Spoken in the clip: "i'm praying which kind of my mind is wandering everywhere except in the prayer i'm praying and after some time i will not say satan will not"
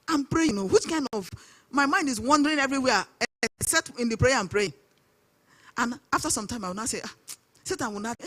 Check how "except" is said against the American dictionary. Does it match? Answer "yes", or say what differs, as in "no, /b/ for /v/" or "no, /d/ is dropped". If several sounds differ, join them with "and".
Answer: no, /p/ is dropped